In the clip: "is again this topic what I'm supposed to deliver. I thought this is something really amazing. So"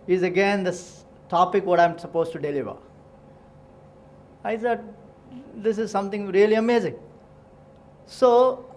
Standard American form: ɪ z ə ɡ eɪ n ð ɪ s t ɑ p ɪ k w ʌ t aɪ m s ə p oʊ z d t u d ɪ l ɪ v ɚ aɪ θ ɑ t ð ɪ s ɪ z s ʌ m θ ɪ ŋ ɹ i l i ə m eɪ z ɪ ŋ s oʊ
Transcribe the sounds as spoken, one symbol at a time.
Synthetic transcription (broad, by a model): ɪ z ə ɡ eɪ n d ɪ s t ɑ p ɪ k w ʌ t aɪ m s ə p oʊ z t u d ɪ l ɪ v ɚ aɪ s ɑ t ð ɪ s ɪ z s ʌ m t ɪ ŋ ɹ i l i ə m eɪ z ɪ ŋ s oʊ